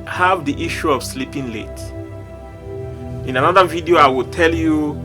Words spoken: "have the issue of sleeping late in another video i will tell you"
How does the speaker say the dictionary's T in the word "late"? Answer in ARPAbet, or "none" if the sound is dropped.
T